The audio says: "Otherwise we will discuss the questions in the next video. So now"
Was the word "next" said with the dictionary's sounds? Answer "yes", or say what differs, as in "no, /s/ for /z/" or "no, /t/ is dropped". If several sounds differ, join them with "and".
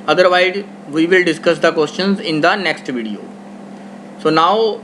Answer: yes